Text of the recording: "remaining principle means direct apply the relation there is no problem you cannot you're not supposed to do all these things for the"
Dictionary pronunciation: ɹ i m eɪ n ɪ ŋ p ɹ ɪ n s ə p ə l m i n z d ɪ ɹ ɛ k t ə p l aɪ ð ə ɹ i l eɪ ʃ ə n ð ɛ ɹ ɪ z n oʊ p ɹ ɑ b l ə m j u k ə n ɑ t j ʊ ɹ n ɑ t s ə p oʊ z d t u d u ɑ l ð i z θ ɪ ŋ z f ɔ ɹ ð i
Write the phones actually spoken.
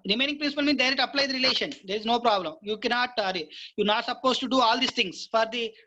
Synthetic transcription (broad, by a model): ɹ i m eɪ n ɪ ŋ p ɹ ɪ n s ə p ə l m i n d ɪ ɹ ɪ t ə p l aɪ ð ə ɹ i l eɪ ʃ ə n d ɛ ɹ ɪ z n oʊ p ɹ ɑ b l ə m j u k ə n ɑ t j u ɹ n ɑ t s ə p oʊ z t u d u ɑ l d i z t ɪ ŋ s f ɔ ɹ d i